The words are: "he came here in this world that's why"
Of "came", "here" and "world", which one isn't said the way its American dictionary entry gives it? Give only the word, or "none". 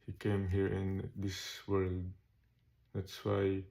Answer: none